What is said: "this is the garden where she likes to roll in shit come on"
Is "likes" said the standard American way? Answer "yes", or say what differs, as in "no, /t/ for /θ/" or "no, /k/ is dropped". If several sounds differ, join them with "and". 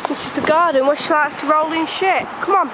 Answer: no, /k/ is dropped